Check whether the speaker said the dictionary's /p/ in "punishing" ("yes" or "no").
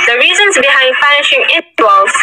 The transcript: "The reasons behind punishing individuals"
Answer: no